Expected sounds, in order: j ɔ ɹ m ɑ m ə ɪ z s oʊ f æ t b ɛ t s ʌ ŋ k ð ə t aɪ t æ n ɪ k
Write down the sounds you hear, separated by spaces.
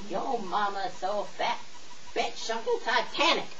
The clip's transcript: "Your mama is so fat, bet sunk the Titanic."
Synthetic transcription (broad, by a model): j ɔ m ɑ m ə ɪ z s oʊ f æ t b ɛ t ʃ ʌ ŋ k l t aɪ t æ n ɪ k